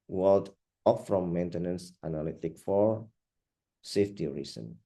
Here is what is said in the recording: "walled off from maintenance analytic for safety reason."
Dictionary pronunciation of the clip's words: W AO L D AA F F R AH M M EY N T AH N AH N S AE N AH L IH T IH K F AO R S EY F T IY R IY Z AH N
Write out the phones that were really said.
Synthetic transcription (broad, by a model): W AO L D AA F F R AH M M EY N T AH N AH N S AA N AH L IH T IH K F AO R S EY F T IY R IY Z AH N